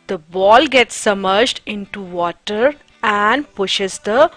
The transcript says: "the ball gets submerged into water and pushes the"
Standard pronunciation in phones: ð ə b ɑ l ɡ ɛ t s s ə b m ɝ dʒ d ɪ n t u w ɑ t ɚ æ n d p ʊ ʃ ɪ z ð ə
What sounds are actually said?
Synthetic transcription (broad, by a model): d ə b ɑ l ɡ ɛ t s s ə m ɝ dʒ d ɪ n t u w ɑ t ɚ æ n d p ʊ ʃ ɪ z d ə